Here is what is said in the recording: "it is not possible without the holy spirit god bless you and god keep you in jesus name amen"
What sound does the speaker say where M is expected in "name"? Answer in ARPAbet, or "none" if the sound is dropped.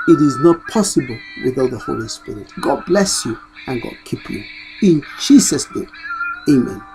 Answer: none